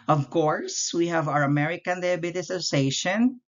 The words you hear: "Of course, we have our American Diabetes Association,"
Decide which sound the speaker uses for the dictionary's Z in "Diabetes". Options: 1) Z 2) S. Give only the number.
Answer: 2